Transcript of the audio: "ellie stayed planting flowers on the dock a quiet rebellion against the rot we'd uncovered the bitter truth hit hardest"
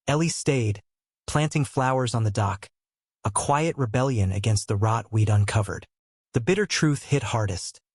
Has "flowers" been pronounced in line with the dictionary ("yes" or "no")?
yes